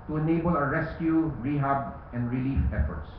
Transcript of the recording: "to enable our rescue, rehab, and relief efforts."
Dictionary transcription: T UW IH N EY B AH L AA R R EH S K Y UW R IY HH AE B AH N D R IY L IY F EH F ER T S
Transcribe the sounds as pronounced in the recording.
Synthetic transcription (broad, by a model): T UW IH N EY B AH L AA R R EH S K Y UW R IY HH AE B AH N D R IY L IY F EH F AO T S